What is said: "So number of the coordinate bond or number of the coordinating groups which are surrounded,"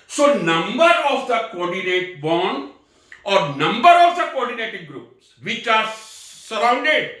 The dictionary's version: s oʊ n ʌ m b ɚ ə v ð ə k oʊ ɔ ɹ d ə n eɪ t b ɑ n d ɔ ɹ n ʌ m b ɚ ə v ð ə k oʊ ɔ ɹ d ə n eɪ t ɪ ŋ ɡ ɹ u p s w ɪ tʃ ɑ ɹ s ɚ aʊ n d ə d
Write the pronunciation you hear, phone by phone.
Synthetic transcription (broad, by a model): s oʊ n ʌ m b ɚ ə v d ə k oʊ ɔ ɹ d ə n eɪ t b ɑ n ɔ ɹ n ʌ m b ɚ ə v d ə k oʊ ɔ ɹ d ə n eɪ t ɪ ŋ ɡ ɹ u p s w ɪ tʃ ɑ ɹ s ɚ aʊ n d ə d